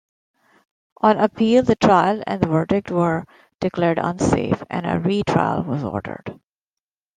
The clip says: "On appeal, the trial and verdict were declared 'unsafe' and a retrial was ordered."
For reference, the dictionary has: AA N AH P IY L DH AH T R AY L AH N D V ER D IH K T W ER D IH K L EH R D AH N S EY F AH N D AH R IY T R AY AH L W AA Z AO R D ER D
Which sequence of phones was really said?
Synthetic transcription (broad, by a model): AA N AH P IY L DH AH T R AY L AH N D V ER D IH K T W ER D IH K L EH R D AH N S EY F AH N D AH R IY T R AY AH L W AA Z AO R D ER D